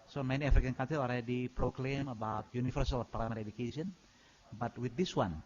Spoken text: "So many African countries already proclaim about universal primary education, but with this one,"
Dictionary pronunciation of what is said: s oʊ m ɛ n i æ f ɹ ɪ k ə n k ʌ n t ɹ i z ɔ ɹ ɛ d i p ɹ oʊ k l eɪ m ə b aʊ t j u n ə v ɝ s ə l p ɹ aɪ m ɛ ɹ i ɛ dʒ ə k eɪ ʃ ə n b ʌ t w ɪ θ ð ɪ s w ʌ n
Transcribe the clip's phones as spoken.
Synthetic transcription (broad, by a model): s oʊ m ɛ n i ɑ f ɹ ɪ k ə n k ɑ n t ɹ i s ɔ l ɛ d i p ɹ oʊ k l eɪ m ə b aʊ t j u n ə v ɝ s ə l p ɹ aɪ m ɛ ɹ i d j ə k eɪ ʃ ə n b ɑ t w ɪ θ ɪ s w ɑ n